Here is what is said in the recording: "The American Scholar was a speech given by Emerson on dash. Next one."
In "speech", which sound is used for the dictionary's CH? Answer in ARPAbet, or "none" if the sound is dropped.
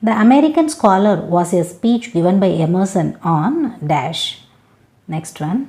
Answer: CH